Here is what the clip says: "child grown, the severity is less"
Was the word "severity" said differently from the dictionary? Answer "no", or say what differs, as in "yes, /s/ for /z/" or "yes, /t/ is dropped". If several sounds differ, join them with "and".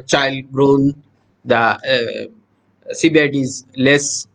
yes, /b/ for /v/